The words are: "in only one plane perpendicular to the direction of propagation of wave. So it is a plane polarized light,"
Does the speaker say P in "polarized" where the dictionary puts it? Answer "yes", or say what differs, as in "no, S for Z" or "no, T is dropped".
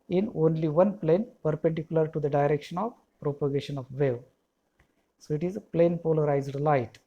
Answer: yes